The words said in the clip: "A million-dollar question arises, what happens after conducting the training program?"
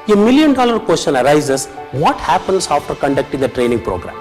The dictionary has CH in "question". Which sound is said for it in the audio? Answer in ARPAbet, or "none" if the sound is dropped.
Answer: SH